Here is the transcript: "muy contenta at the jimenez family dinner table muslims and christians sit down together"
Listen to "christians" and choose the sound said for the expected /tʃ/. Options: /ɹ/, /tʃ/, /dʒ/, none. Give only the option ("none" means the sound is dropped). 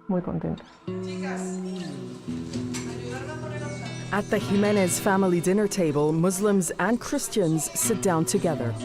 /tʃ/